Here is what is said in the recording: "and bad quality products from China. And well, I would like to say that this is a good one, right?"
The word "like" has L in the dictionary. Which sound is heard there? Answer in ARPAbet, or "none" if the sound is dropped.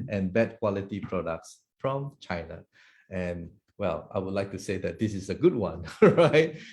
L